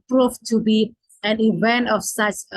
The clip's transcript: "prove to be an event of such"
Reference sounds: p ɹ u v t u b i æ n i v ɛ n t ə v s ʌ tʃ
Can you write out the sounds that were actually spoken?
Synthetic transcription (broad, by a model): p ɹ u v t u b i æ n i v ɛ n t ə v s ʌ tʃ